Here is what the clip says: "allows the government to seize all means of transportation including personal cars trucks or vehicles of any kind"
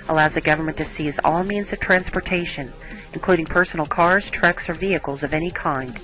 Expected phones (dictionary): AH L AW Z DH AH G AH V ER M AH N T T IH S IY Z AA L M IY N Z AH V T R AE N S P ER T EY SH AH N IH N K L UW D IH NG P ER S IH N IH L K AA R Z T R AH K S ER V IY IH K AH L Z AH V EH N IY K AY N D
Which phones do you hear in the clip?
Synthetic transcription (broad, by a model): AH L AW Z DH AH G AH V ER M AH N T T IH S IY Z AA L M IY N Z AH V T R AE N S P ER T EY SH AH N IH N K L UW D IH NG P ER S N L K AA R Z T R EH K S ER V IY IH K L Z AH V EH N IY K AY N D